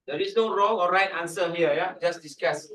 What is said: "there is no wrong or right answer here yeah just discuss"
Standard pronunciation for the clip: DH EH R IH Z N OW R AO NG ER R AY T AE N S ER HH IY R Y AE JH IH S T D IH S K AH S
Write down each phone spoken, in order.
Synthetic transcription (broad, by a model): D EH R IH S N OW R AO NG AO R AY T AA N S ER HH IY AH Y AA JH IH S D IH S K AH S